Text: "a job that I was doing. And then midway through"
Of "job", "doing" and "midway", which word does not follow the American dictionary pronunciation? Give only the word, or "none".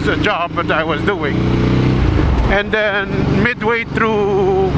none